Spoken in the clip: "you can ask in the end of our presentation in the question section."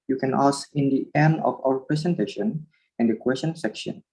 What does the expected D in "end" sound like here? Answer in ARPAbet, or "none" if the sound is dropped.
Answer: none